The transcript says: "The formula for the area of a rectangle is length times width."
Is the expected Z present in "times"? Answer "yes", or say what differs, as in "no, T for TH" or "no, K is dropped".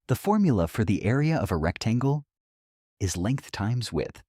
yes